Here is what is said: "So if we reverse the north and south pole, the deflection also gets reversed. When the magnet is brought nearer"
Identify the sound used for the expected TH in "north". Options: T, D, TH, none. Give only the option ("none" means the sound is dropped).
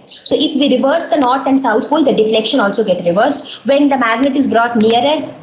T